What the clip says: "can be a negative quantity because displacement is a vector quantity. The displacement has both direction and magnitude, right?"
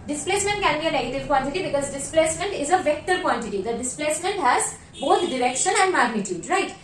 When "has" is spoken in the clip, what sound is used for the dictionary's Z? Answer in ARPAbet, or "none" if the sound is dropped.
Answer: Z